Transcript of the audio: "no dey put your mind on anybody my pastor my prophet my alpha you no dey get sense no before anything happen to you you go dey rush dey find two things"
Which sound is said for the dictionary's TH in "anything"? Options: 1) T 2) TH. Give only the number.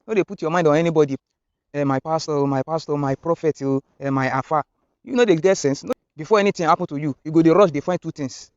1